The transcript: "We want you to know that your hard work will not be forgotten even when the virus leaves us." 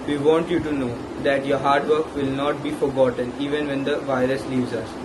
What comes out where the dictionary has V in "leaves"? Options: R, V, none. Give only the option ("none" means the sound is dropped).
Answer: V